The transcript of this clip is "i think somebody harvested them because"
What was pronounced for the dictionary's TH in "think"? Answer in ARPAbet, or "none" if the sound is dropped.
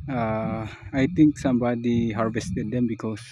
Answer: T